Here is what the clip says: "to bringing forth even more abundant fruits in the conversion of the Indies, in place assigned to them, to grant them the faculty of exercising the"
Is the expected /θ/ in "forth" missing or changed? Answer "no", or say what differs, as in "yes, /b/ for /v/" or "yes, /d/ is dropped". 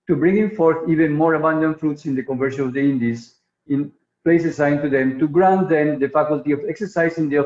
no